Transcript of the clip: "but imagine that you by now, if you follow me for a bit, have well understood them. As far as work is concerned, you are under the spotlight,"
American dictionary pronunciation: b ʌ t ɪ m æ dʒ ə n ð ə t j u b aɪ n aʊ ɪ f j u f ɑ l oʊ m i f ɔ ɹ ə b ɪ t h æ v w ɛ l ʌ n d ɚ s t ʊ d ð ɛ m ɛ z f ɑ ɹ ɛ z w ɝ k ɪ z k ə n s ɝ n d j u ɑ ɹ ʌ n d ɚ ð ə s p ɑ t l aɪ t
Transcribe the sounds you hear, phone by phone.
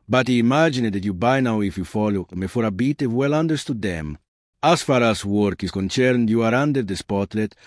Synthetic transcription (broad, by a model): b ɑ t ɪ m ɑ dʒ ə n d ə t j u b aɪ n aʊ ɪ f j u f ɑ l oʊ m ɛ f ɔ ɹ ə b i t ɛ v w ɛ l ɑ n d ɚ s t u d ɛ m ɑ s f ɑ ɹ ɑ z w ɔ k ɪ s k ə n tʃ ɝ n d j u ɑ ɹ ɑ n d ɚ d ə s p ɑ t l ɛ t